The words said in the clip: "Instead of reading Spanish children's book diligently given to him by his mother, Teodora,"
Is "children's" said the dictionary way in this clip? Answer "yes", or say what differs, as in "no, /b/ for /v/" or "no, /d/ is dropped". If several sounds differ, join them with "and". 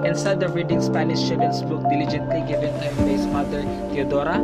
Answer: no, /l/ is dropped and /ɹ/ is dropped